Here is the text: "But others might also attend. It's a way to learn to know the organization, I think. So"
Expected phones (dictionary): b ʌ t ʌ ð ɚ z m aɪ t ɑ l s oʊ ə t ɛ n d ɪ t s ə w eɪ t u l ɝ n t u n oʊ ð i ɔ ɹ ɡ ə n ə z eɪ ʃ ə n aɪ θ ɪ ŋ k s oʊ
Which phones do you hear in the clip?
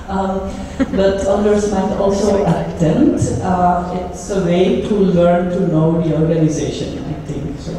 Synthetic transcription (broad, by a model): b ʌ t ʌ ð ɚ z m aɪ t ɑ l s oʊ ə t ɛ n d ɪ t s ə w eɪ t u l ɝ n t u n oʊ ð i ɔ ɹ ɡ ə n ə z eɪ ʃ ə n aɪ t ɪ ŋ k s oʊ